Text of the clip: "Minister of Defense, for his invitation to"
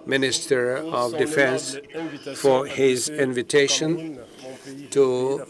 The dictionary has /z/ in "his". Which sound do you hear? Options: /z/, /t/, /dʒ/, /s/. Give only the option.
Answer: /z/